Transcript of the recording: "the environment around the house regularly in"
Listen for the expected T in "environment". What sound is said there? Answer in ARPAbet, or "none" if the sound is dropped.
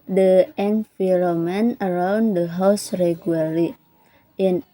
none